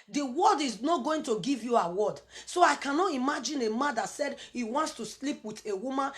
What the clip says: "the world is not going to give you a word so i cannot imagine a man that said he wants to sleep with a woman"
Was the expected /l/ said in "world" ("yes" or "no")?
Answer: no